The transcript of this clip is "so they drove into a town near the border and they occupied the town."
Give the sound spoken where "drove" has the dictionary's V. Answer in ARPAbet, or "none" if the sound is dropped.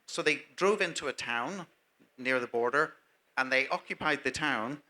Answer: V